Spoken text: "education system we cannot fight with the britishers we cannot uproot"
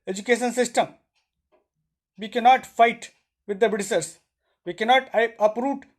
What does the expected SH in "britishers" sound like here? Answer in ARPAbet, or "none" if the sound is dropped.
S